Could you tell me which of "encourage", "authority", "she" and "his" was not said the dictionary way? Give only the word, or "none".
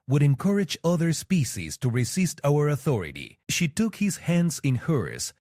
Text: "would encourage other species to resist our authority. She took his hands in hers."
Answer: none